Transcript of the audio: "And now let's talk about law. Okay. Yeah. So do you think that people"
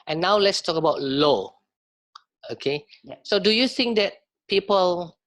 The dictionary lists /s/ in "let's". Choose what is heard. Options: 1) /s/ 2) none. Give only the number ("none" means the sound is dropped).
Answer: 1